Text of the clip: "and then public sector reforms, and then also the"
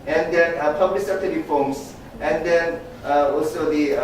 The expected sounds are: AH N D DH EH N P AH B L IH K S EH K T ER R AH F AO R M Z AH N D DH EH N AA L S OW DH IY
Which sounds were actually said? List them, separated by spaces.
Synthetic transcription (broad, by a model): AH N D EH N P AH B L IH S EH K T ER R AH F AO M S AH N D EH N AA L S OW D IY